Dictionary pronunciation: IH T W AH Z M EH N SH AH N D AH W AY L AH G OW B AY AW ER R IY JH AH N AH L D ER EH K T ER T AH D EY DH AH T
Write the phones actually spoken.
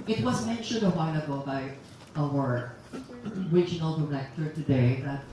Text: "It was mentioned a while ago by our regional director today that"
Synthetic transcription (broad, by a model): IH T W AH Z M EH N SH AH N D AH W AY N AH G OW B AY AW ER R IY JH AH N AH L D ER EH K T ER T AH D EY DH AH T